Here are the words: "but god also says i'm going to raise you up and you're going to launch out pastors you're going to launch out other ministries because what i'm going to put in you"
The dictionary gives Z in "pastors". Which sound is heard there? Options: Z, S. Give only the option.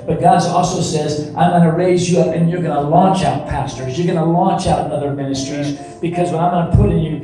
Z